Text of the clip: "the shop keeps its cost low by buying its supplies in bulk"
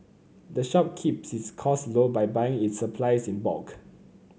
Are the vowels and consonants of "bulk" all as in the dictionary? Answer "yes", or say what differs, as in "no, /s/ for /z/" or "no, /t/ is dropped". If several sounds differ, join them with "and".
no, /l/ is dropped